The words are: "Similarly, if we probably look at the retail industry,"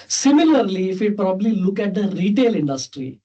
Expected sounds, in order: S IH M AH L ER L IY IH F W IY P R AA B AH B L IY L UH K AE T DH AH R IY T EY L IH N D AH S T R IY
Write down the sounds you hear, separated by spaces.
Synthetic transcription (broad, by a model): S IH M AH L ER L IY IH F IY P R AA B AH B L IY L UH K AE T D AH R IY T EY L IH N D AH S T R IY